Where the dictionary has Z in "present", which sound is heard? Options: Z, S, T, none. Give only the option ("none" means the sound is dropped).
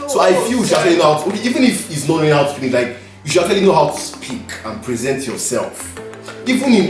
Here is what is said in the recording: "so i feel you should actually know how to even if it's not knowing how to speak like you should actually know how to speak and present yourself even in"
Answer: Z